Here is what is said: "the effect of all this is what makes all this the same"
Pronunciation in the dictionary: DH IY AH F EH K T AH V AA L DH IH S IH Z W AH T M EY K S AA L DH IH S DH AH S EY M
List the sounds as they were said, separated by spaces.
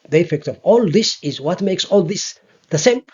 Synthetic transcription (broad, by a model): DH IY AH F EH K T AH V AA L DH IH S IH Z W AH T M EY K S AA L DH IH S DH AH S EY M